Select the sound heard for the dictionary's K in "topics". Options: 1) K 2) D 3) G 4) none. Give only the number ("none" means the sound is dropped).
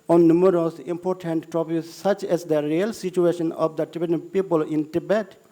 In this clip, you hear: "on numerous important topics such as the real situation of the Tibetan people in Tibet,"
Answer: 4